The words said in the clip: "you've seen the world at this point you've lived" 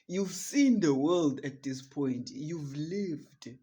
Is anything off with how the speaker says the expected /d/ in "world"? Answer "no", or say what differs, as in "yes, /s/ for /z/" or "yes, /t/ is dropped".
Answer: no